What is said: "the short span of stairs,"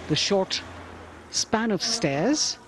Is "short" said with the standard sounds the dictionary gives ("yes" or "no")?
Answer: yes